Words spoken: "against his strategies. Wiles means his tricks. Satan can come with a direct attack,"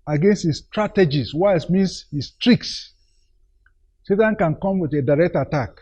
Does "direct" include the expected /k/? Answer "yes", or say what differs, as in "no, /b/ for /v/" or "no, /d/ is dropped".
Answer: yes